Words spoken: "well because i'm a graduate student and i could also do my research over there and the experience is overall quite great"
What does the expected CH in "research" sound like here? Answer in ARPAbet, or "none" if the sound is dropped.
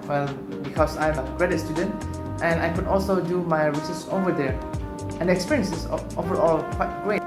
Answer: S